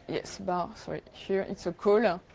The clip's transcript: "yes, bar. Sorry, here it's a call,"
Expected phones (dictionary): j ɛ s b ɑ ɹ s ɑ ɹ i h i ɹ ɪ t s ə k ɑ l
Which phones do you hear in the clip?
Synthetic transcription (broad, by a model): j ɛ s b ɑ s ɑ ɹ i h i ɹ ɪ t s ə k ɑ l